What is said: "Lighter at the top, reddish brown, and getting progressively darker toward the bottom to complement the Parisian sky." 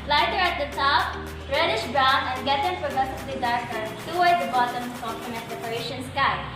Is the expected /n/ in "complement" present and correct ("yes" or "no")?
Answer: no